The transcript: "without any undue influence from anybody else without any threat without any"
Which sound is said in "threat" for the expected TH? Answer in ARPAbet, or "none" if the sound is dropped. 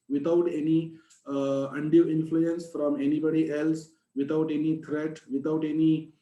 T